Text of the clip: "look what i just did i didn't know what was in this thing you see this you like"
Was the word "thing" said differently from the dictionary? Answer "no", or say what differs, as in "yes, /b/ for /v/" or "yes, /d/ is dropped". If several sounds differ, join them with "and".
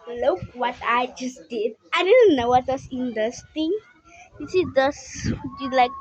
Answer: yes, /t/ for /θ/